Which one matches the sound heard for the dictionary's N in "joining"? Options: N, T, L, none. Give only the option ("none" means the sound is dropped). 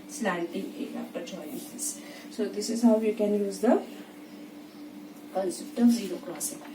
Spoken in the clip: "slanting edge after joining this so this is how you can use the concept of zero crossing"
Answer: none